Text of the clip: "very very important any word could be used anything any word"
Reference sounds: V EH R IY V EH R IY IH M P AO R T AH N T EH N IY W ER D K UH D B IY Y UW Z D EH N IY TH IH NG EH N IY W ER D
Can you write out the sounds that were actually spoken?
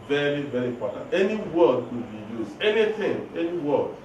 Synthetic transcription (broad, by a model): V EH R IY V EH R IY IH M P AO T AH N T EH N IY W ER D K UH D B IY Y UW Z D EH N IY T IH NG EH N IY W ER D